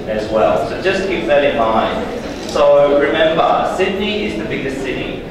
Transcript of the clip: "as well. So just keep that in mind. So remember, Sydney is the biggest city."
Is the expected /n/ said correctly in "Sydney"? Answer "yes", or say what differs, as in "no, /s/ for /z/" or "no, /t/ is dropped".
yes